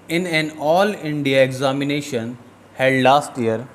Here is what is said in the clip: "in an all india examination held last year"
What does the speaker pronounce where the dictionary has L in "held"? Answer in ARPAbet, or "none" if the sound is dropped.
none